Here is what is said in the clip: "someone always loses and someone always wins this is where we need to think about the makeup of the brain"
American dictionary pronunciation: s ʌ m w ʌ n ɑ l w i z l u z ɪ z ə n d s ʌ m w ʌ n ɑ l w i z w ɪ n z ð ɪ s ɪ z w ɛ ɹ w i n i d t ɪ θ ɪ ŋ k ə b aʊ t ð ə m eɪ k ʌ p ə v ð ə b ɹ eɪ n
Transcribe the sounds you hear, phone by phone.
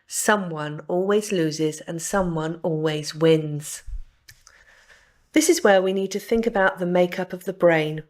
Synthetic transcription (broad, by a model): s ʌ m w ʌ n ɑ l w i z l u z ɪ z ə n s ʌ m w ʌ n ɑ l w i z w ɪ n z ð ɪ s ɪ z w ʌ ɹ w i n i d t ɪ θ ɪ ŋ k ə b aʊ t ð ə m eɪ k ʌ p ə v ð ə b ɹ eɪ n